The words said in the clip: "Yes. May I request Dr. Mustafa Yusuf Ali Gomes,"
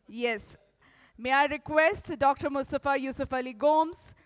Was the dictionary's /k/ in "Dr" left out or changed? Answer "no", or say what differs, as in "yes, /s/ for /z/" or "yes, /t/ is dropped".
no